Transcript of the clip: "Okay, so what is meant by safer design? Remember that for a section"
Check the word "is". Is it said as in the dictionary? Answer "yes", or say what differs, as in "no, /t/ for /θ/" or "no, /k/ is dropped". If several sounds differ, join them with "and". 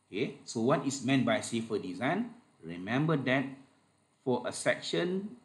no, /s/ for /z/